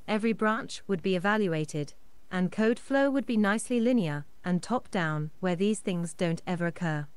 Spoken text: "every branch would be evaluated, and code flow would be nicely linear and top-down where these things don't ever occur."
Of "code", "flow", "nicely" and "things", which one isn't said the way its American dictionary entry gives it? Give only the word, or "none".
none